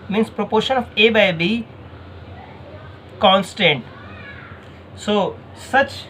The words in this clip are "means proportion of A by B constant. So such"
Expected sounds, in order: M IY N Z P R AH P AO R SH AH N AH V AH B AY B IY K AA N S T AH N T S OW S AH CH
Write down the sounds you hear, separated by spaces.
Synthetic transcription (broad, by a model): M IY N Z P R AH P AO R SH AH N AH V AH B AY B IY K AA N S T AH N T S OW S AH CH